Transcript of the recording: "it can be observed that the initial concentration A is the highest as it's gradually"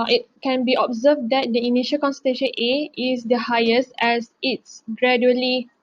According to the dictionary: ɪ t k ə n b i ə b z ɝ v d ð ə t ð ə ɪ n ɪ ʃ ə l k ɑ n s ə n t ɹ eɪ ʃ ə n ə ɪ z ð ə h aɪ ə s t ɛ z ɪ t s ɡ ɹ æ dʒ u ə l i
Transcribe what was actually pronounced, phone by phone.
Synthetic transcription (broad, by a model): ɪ t k ə n b i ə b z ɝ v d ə t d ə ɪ n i ʃ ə l k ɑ n s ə t eɪ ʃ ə n ə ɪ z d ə h aɪ ə s t ɛ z ɪ t s ɡ ɹ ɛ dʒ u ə l i